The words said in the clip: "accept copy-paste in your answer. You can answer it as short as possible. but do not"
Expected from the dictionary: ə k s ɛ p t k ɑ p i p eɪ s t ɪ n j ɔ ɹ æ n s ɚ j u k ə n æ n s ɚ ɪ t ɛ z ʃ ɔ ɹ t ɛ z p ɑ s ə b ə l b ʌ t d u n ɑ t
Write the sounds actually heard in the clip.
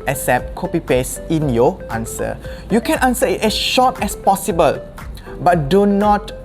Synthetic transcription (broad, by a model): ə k s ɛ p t k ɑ p i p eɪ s ɪ n j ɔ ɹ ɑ n s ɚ j u k ə n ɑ n s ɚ ɪ t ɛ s ʃ ɔ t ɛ s p ɑ s ə b ə l b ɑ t d u n ɑ t